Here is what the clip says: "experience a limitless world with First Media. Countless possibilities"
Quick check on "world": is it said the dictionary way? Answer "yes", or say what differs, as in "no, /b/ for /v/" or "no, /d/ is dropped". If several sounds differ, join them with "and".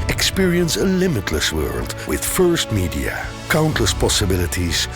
yes